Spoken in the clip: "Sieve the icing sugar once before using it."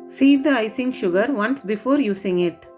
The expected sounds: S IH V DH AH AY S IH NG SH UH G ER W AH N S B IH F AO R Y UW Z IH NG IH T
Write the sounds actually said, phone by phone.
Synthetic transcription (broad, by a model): S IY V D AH AY S IH NG SH UH G ER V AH N S B IH F AO R Y UW S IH NG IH T